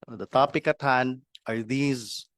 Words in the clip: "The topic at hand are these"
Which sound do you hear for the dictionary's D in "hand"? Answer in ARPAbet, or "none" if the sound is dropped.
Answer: none